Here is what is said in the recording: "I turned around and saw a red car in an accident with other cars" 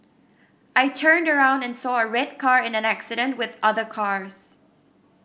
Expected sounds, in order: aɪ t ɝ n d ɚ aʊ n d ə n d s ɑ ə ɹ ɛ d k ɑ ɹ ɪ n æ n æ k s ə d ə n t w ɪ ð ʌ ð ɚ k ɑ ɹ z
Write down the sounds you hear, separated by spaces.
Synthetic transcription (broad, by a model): aɪ t ɝ n d ɚ aʊ n d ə n s ɑ ə ɹ ɛ d k ɑ ɹ ɪ n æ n æ k s ə d ə n t w ɪ ð ʌ ð ɚ k ɑ ɹ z